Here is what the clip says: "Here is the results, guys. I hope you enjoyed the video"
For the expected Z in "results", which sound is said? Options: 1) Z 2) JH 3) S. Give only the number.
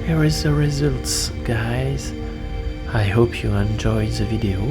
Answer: 1